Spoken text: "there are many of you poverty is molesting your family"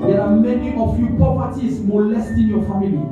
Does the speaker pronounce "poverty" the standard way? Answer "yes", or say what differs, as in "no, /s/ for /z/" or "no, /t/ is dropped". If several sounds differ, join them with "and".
no, /p/ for /v/